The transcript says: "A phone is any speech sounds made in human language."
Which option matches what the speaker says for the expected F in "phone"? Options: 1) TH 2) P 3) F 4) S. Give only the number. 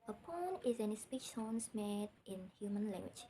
2